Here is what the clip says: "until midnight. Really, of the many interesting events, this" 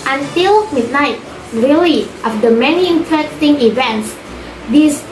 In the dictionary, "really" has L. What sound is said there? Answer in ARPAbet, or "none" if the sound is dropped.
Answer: none